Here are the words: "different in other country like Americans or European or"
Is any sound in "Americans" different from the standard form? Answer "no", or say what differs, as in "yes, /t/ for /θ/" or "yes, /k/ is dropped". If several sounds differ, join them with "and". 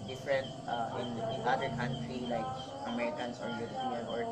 yes, /s/ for /z/